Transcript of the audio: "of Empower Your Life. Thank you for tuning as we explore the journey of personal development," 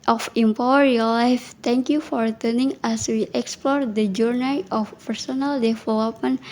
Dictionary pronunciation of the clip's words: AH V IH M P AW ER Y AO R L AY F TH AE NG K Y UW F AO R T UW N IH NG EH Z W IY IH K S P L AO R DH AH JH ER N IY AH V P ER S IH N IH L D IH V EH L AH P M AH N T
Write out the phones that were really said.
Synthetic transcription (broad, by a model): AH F IH M P AW ER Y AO L L AY F T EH NG K Y UW F AO R T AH N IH NG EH S W IY IH K S P L AO R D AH JH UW N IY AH F P ER S IH N IH L D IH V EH L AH P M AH N